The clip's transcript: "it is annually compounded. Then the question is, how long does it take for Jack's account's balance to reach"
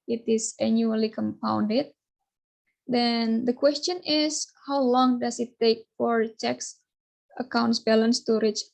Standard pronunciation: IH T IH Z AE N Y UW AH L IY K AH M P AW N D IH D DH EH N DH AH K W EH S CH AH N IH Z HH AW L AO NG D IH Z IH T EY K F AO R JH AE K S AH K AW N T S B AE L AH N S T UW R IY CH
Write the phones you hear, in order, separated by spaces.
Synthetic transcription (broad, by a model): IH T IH S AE N Y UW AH L IY K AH M P AW N D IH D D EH N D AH K W EH S CH AH N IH S HH AW L AO NG D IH S IH T EY K F AO R CH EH K S AH K AW N T S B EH L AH N S T UW R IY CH